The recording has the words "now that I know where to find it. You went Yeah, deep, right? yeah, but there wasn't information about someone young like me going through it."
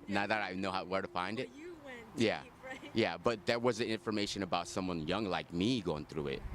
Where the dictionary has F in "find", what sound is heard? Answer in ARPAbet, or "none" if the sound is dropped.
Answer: F